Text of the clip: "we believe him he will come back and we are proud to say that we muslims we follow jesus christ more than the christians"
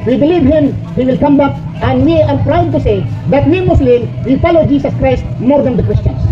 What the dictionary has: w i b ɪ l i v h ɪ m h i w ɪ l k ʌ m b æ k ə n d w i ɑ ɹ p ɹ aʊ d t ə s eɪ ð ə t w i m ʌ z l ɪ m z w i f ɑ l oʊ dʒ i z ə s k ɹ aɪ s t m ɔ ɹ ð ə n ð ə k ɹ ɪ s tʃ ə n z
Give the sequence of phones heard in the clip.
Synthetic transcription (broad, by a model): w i b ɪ l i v h ɪ m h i w ɪ l k ʌ m b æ k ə n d w i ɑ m p ɹ aʊ d t ə s eɪ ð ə t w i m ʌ s l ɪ w i f ɑ l oʊ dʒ i s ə s k ɹ aɪ s t m ɔ ɹ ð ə n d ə k ɹ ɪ s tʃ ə n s